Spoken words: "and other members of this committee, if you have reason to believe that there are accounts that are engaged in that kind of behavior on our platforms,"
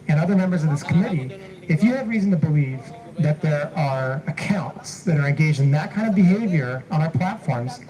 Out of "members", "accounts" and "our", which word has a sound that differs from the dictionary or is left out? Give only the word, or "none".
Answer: none